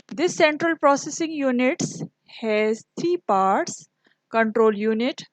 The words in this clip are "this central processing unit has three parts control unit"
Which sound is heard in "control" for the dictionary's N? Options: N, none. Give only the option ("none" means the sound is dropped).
N